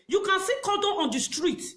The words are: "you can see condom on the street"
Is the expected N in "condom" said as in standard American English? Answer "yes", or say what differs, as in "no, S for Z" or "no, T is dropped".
no, N is dropped